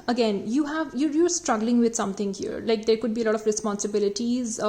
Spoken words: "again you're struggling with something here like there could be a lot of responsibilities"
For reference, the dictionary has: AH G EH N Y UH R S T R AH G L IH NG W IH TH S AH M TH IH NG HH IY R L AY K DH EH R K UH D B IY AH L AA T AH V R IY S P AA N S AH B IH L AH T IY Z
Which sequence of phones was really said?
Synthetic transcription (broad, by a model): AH G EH N Y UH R S T R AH G L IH NG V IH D S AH M T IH NG HH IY R L AY K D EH R K UH D B IY AH L AA T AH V R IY S P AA N S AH B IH L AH T IY Z